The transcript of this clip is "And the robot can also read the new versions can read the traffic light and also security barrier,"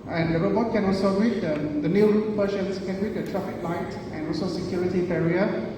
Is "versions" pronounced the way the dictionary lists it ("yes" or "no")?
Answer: no